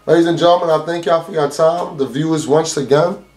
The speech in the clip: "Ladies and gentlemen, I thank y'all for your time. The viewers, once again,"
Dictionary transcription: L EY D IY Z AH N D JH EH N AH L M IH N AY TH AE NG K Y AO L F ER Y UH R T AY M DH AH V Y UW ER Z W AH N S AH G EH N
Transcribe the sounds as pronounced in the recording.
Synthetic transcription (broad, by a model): L EY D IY Z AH N JH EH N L M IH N AY TH AE NG K Y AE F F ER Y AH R T AY M DH AH V Y UW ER Z W AH N S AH G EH N